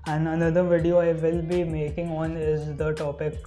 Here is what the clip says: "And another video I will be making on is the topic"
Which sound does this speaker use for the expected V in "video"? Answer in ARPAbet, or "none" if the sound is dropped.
V